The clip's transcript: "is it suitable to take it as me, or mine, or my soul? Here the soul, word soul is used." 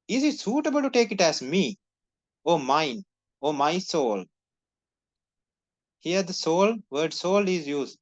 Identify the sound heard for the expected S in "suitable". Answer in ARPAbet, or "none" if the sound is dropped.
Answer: S